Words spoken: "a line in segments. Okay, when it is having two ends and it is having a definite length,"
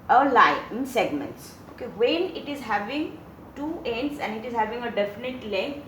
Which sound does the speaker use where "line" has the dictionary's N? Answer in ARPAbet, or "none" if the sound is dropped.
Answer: none